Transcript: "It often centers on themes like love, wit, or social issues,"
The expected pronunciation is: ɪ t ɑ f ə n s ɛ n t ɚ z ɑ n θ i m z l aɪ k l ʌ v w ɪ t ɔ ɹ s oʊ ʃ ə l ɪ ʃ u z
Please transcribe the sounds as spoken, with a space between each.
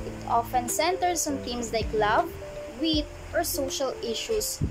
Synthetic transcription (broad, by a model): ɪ t ɑ f ə n s ɛ n t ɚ s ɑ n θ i m s l aɪ k l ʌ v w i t ɔ ɹ s oʊ ʃ ə l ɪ ʃ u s